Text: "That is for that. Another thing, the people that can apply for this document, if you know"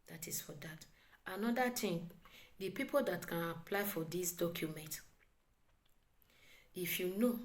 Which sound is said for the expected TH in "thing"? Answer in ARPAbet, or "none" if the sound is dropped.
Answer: T